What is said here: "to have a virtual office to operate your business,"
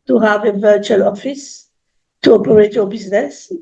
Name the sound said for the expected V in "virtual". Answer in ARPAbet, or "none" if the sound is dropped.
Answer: V